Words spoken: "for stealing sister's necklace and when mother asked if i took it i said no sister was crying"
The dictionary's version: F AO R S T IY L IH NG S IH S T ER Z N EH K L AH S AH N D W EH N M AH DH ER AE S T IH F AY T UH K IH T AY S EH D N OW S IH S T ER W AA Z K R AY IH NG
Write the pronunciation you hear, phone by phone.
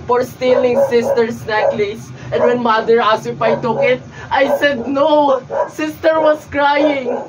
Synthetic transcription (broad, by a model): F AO R S T IY L IH NG S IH S T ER S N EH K L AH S AH N D W EH N M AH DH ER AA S IH P AY T UH K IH T AY S EH D N OW S IH S T ER W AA S K R AY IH NG